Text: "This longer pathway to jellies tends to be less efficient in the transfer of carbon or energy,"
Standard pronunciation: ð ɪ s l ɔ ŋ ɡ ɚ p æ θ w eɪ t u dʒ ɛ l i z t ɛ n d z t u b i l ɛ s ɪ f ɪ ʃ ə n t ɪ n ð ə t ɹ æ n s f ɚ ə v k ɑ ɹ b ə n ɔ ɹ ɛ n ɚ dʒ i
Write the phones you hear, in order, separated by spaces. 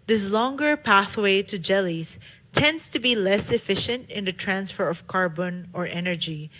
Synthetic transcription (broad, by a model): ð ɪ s l ɔ ŋ ɡ ɚ p æ θ w eɪ t u dʒ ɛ l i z t ɛ n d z t u b i l ɛ s ɪ f ɪ ʃ ə n t ɪ n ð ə t ɹ æ n s f ɚ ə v k ɑ ɹ b ə n ɔ ɹ ɛ n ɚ dʒ i